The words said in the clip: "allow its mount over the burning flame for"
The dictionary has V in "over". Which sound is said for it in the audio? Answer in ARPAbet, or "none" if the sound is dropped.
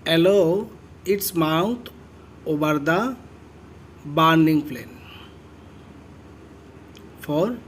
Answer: B